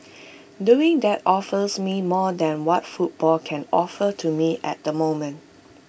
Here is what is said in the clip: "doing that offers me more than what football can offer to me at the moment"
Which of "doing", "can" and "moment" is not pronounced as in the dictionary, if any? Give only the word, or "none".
none